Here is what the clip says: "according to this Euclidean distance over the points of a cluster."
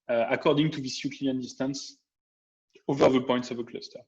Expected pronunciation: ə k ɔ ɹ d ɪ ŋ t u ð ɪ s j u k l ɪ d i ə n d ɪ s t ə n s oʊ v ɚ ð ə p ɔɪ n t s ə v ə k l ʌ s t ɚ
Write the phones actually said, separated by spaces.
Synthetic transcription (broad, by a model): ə k ɔ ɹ d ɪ ŋ t u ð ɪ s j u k ɪ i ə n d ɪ s t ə n s oʊ v ɚ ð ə p ɔɪ n t s ə v ə k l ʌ s t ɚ